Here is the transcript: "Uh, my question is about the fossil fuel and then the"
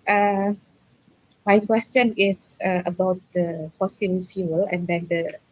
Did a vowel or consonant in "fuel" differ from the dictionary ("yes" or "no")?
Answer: no